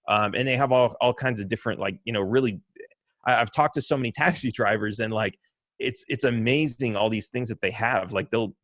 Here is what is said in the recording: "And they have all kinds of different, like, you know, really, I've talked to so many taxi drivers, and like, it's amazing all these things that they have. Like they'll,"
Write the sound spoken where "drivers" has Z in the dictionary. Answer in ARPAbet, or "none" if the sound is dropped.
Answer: Z